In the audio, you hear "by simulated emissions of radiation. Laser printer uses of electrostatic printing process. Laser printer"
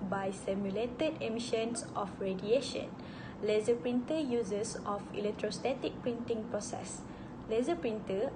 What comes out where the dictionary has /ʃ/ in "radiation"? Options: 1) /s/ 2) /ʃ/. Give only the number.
2